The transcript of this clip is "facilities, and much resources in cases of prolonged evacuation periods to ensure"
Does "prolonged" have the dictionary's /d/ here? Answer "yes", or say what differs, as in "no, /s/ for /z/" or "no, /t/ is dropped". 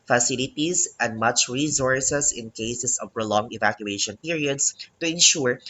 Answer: no, /d/ is dropped